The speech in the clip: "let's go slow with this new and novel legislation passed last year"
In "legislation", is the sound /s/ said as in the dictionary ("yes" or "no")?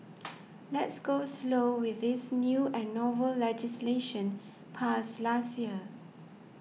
yes